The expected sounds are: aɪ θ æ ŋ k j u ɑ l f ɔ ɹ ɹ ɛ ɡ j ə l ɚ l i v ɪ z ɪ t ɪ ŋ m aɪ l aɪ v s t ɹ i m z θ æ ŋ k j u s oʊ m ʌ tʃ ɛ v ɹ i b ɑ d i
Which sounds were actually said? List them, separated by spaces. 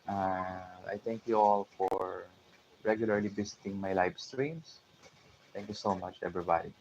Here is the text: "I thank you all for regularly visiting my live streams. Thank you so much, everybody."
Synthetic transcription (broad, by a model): aɪ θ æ ŋ k j u ɑ l f ɔ ɹ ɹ ɛ ɡ j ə l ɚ l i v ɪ s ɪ t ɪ ŋ m aɪ l aɪ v s t ɹ i m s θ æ ŋ k j u s oʊ m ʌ tʃ ɛ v ɹ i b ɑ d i